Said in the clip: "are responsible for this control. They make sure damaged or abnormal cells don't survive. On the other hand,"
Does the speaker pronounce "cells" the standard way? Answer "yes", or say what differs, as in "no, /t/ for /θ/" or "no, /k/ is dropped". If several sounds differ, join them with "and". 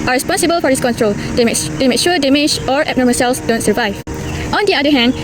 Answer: no, /s/ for /z/